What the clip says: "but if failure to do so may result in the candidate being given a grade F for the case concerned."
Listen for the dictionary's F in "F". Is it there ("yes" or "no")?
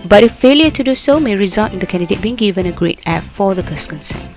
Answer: no